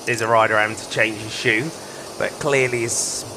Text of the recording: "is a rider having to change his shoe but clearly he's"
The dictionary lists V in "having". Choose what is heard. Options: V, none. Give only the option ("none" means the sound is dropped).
none